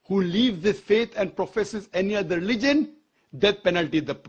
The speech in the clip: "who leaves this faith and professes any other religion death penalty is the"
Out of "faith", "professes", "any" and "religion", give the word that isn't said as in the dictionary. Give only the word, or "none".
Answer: faith